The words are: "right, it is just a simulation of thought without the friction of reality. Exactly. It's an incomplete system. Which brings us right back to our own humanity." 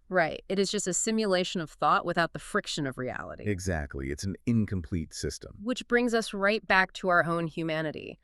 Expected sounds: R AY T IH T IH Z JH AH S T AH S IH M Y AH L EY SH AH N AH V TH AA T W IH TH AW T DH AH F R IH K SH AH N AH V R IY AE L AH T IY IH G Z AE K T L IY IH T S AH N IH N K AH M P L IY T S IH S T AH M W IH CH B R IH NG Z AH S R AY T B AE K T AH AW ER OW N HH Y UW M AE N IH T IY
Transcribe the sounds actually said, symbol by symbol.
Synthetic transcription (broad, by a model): R AY T IH T IH Z JH AH S T AH S IH M Y AH L EY SH AH N AH V TH AA T W IH TH AW T DH AH F R IH K SH AH N AH V R IY AE L AH T IY IH G Z AE K T L IY IH T S N IH N K AH M P L IY T S IH S T AH M W IH CH B R IH NG Z AH S R AY T B AE K T AH AW ER OW N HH Y UW M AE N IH T IY